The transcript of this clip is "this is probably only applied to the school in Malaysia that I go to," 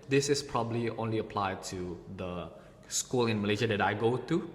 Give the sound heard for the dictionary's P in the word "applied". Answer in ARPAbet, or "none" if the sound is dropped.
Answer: P